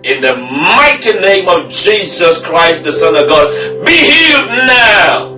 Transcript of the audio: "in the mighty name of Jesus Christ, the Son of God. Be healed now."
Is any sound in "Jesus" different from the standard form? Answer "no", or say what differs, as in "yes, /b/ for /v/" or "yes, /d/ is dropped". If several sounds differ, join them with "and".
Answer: no